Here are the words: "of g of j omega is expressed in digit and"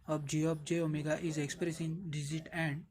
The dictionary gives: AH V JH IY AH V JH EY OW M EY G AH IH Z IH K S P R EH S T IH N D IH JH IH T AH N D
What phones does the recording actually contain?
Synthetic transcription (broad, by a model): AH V JH IY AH P JH EY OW M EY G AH IH Z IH K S P R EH S IH N D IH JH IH T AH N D